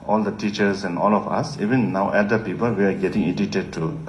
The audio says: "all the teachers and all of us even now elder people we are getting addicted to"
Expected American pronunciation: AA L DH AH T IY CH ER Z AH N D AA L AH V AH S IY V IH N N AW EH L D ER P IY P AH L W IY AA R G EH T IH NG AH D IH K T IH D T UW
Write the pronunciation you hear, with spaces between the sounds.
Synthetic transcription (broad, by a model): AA L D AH T IY CH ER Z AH N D AA L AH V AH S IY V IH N N AW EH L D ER P IY P AH L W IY AA R G EH T IH NG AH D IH T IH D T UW